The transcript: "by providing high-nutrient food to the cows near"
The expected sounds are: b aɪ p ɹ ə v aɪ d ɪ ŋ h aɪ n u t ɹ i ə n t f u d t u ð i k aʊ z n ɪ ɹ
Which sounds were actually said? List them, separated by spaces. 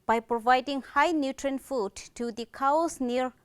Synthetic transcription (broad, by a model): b aɪ p ɹ ə v aɪ d ɪ ŋ h aɪ n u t ɹ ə n f u d t u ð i k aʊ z n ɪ ɹ